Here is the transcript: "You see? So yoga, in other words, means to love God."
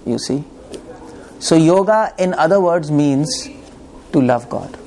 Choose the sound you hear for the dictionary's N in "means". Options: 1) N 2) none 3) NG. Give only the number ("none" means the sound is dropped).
1